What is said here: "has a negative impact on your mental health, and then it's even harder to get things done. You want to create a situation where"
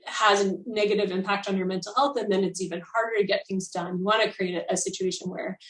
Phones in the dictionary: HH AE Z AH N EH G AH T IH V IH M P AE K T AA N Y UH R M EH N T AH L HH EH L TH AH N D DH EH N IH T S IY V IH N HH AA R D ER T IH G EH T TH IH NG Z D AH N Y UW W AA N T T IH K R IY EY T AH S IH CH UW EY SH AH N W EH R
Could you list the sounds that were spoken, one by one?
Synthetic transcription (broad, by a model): HH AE Z AH N EH G AH T IH V IH M P AE K T N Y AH R M EH N T L HH EH L TH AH N DH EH N IH T S IY V IH N HH AA R D ER T IH G EH T TH IH NG Z D AH N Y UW W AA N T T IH K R IY EY T AH S IH CH UW EY SH AH N W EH R